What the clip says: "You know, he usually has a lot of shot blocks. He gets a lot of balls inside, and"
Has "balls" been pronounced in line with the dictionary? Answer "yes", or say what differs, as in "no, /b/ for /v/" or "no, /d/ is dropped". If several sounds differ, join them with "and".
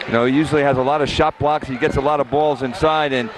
yes